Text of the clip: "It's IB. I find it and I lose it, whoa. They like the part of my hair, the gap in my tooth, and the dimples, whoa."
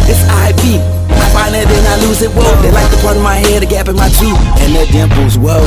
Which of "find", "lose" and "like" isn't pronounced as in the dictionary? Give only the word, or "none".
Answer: find